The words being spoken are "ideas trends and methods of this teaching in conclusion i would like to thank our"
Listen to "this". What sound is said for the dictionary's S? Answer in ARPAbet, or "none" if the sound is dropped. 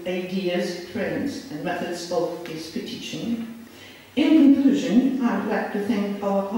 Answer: none